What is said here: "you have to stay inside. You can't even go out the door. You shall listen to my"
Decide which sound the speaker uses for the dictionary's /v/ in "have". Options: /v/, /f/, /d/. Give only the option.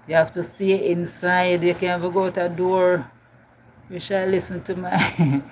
/f/